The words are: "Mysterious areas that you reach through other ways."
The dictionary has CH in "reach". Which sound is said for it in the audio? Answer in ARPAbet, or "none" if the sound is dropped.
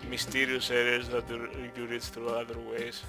S